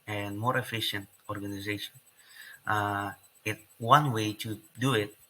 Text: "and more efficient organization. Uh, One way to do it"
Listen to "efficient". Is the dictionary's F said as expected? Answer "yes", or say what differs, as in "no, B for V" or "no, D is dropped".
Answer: yes